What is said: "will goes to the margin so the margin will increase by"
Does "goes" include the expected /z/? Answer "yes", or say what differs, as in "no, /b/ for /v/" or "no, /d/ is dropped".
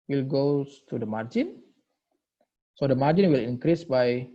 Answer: no, /z/ is dropped